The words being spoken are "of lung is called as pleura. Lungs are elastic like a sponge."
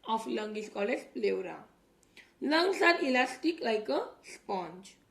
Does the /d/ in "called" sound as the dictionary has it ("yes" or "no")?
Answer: no